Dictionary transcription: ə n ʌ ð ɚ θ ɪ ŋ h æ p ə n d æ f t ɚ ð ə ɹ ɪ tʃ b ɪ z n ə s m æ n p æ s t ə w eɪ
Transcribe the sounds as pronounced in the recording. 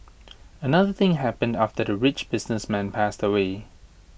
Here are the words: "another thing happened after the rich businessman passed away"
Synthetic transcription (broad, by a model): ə n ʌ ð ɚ θ ɪ ŋ h æ p ə n d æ f t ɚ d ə ɹ ɪ tʃ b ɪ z n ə s m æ n p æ s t ə w eɪ